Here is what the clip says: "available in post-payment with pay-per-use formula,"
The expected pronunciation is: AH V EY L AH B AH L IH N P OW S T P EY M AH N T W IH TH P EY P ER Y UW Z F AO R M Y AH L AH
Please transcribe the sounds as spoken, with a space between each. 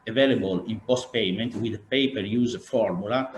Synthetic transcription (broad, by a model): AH V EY L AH B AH L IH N P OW S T P EY M AH N T W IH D P EY P ER Y UW Z F AO R M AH L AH